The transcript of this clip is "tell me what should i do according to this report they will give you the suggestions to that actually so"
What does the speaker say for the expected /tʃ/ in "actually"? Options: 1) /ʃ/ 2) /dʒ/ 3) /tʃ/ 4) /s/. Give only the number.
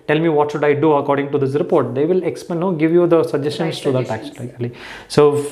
4